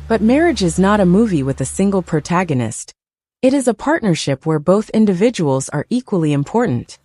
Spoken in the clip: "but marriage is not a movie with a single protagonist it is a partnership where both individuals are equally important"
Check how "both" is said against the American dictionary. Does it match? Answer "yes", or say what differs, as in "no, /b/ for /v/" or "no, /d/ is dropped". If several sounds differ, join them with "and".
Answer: yes